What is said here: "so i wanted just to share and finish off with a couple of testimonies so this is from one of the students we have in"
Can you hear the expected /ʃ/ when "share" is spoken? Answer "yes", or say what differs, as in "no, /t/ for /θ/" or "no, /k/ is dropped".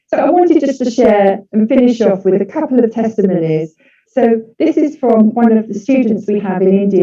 yes